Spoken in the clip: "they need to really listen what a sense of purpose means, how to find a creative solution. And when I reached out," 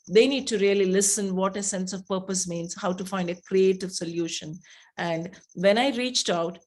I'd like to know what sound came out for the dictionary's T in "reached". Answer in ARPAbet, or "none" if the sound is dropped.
T